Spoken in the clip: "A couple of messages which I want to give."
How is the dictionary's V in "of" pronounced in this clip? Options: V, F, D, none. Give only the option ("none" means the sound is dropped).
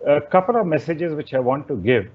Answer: V